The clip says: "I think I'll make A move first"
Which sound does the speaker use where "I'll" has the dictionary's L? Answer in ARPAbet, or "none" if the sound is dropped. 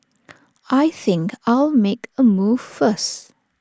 L